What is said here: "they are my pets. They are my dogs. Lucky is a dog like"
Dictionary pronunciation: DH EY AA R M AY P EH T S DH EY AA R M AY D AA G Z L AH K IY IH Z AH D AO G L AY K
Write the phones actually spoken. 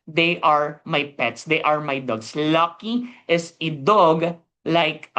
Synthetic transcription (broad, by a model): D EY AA R M AY P EH T S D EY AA R M AY D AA G S L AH K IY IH S AH D AO G L AY K